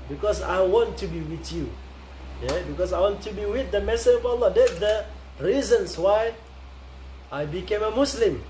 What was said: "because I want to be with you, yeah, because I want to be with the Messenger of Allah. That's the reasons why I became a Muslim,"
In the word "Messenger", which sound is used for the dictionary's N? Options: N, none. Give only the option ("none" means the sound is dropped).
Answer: none